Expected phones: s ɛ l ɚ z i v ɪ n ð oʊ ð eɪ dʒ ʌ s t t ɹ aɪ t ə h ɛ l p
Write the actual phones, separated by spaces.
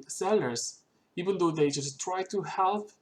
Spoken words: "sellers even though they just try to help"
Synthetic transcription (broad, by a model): s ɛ l ɚ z i v ɪ n ð oʊ ð eɪ dʒ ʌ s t t ɹ aɪ t ə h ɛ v